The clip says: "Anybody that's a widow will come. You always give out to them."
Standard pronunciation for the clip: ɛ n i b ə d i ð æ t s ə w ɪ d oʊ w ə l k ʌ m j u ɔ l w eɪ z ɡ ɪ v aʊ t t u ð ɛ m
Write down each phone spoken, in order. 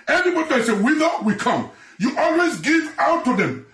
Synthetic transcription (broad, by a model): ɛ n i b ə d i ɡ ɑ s ə w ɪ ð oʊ w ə k ʌ m j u ɔ l w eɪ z ɡ ɪ v aʊ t t u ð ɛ m